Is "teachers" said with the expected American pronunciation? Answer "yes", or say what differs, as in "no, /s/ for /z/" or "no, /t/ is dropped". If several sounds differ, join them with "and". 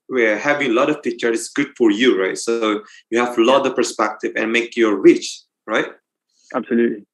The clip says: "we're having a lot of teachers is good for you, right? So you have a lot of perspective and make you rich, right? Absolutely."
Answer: no, /z/ is dropped